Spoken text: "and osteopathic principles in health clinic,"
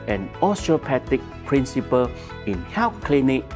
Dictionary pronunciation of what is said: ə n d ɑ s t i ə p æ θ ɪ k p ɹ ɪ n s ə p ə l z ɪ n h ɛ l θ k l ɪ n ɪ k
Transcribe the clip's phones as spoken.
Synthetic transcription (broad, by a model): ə n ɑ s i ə p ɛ t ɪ k p ɹ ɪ n s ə p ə l ɪ n h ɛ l f k l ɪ n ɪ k